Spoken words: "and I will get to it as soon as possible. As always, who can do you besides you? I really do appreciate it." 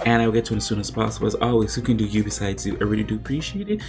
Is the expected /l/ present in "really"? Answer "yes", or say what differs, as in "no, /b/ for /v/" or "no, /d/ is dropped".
no, /l/ is dropped